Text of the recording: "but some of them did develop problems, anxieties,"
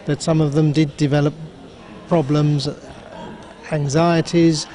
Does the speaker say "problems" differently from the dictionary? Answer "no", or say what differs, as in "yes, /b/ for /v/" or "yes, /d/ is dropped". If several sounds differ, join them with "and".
no